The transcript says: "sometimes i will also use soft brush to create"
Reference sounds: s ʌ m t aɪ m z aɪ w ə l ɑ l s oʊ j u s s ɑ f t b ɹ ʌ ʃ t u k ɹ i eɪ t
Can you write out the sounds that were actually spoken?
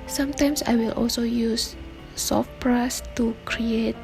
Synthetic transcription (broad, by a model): s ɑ m t aɪ m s aɪ w ə l ɑ l s oʊ j u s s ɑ f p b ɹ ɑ s t u k ɹ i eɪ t